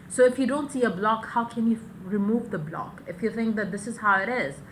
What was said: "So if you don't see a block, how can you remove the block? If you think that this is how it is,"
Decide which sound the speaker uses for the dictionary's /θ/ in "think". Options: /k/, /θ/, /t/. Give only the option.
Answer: /θ/